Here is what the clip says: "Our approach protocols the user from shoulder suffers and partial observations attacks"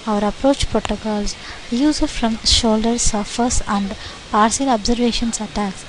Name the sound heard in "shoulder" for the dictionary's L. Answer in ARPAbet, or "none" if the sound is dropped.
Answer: L